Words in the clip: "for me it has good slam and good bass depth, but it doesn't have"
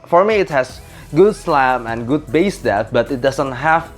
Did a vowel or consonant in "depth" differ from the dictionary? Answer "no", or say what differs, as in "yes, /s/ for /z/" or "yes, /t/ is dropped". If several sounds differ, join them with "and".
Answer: yes, /p/ is dropped